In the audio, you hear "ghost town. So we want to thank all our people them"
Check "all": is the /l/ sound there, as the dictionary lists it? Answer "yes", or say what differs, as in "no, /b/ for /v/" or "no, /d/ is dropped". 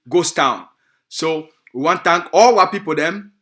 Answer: yes